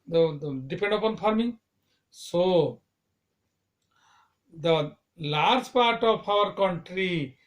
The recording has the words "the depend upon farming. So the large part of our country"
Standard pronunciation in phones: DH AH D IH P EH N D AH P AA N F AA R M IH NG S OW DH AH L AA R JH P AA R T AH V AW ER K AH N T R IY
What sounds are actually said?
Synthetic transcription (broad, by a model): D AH D IH P EH N D AH P AA N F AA R M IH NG S OW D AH L AA R JH P AA R T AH P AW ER K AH N T R IY